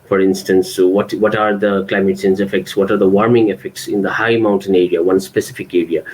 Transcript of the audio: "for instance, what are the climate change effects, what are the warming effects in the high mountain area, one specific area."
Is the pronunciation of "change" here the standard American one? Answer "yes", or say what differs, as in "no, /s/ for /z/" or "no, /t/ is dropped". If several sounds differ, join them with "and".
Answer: no, /s/ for /tʃ/ and /z/ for /dʒ/